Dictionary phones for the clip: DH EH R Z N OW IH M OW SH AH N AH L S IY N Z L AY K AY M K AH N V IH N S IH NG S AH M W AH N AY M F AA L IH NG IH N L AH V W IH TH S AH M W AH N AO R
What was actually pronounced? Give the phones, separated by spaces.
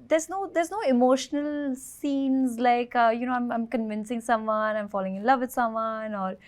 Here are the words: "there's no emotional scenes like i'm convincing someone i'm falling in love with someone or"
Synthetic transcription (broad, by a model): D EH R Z N OW IH M OW SH AH N AH L S IY N Z L AY K AY M K AH N V IH N S IH NG S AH M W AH N AY M F AA L IH NG IH N L AH V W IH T S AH M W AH N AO R